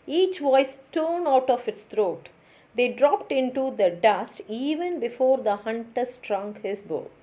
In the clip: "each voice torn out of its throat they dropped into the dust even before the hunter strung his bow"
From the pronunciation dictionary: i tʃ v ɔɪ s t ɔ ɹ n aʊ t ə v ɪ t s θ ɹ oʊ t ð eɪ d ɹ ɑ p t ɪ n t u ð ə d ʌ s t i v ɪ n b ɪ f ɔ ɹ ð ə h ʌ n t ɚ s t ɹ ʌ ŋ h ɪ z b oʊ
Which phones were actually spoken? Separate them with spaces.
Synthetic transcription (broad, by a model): i tʃ v ɔɪ s t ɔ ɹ n aʊ t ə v ɪ t s t ɹ oʊ t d eɪ d ɹ ɑ p t ɪ n t u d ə d ʌ s t i v ɪ n b ɪ f ɔ ɹ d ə h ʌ n t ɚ s t ɹ ʌ ŋ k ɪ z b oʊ